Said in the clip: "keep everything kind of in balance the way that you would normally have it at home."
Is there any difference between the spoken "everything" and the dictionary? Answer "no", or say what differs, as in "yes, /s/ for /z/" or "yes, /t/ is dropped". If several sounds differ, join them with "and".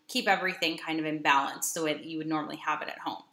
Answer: no